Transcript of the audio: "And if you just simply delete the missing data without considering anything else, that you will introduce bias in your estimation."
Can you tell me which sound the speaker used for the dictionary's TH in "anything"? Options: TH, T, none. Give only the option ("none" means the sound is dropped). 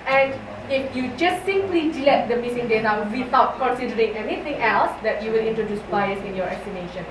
T